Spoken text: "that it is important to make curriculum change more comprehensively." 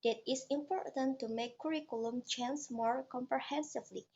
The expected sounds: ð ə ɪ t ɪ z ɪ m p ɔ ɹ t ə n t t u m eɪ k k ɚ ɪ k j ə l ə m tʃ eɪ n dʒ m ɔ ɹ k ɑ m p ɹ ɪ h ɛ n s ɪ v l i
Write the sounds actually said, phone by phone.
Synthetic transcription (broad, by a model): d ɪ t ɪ s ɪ m p ɔ ɹ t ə n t t u m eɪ k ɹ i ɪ k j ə l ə m tʃ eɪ n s m ɔ ɹ k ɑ m p ɹ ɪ h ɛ n s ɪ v l i